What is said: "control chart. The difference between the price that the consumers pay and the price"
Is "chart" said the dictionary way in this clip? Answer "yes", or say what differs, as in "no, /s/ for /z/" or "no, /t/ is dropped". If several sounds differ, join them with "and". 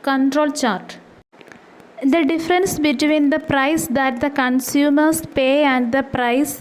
yes